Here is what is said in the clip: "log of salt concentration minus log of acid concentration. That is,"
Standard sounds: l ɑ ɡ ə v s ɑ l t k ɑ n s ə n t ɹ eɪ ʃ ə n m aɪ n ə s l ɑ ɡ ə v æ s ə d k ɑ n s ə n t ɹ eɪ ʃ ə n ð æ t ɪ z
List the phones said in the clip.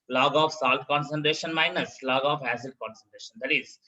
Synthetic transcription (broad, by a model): l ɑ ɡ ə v s ɑ l t k ɑ n s ə n t ɹ eɪ ʃ ə n m aɪ n ə s l ɑ ɡ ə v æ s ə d k ɑ n s ə n t ɹ eɪ ʃ ə n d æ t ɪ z